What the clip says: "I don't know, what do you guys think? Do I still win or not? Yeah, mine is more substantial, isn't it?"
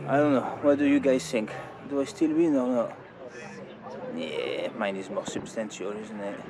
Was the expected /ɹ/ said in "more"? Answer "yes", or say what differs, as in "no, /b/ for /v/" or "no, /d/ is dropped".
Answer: yes